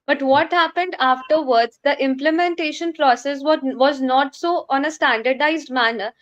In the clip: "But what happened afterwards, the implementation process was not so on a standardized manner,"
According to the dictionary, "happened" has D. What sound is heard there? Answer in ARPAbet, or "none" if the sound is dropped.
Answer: D